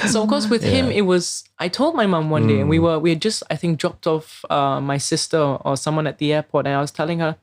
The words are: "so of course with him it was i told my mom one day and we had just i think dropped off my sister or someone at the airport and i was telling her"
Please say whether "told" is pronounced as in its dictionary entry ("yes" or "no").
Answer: yes